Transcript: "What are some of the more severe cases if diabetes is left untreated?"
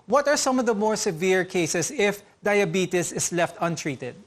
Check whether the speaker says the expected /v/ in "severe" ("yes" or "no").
yes